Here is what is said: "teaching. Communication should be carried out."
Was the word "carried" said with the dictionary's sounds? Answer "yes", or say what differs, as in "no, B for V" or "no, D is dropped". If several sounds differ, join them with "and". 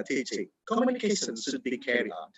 no, D is dropped